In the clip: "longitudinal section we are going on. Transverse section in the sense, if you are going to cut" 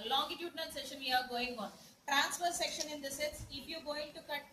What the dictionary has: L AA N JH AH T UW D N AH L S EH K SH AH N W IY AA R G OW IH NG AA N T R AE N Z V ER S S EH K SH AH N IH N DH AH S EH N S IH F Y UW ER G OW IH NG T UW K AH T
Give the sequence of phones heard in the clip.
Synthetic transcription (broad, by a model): L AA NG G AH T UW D N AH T S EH SH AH N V IY AA R G OW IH NG AA N T R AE N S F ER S S EH K SH AH N IH N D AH S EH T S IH P Y UW G OW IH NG T UW K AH T